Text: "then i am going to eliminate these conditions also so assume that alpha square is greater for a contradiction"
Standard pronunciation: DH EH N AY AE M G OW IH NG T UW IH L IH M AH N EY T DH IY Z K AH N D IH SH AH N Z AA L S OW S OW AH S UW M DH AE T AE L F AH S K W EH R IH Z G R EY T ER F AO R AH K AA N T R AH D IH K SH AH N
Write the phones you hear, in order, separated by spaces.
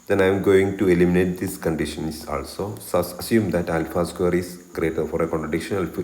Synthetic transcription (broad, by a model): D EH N AY M G OW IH NG T UW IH L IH M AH N EY T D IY S K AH N D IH SH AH N S AA L S OW S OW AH S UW M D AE T AE L F AH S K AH R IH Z G R EY T ER F AO R AH K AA N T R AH D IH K SH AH N